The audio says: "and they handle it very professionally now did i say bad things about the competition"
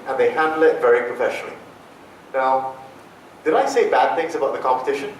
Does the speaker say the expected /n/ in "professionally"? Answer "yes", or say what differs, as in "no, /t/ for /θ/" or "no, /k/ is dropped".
yes